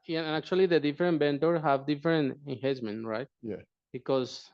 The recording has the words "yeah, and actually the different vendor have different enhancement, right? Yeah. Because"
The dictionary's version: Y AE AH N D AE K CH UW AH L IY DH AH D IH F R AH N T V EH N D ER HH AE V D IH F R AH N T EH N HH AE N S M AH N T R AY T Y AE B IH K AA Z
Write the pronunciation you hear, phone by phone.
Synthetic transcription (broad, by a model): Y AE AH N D AE K CH UW AH L IY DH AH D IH F R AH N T B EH N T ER HH AE V D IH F R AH N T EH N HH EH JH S M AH N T R AY T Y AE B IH K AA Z